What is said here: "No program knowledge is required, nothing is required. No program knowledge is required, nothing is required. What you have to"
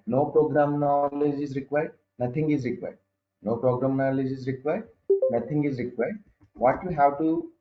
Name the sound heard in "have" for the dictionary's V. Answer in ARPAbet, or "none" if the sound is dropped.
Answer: W